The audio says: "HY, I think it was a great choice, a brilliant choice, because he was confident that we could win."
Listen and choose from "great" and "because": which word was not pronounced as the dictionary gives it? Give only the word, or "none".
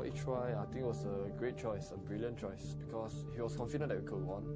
because